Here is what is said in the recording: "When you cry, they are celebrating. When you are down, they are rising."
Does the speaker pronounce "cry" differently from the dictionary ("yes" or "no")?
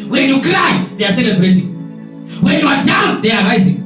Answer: yes